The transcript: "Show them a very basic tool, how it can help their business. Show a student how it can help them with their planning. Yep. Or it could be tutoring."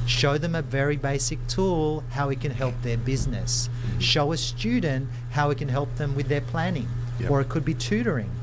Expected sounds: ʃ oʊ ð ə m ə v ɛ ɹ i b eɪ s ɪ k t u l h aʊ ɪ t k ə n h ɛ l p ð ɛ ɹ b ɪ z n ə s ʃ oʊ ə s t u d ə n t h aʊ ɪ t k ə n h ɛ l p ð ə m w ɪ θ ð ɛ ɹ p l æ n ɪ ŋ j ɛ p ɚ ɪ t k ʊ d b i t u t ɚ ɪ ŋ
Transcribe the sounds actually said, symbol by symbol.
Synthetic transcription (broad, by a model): ʃ oʊ ð ə m ə v ɛ ɹ i b eɪ s ɪ k t u l h aʊ ɪ t k ə n h ɛ l p ð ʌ ɹ b ɪ z n ə s ʃ oʊ ə s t u d n t h aʊ ɪ t k ə n h ɛ l p ð ə m w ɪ ð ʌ ɹ p l æ n ɪ ŋ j ɚ ɪ t k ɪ d b i t u t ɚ ɪ ŋ